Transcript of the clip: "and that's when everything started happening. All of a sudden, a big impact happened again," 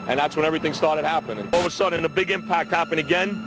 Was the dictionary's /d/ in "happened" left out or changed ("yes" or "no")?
yes